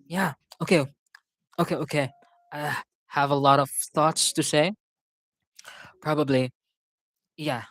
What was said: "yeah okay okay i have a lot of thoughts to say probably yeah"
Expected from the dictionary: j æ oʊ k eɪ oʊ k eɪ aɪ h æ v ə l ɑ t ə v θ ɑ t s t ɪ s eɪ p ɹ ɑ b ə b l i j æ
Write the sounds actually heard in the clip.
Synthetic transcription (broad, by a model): j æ oʊ k eɪ oʊ k eɪ aɪ h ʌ v ə l ɑ t ə v θ ɑ t s t ɪ s eɪ p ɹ ɑ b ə b l i j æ